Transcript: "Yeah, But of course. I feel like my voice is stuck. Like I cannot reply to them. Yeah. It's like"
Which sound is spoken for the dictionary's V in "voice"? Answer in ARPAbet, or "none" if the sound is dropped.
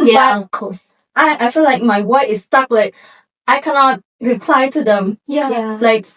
W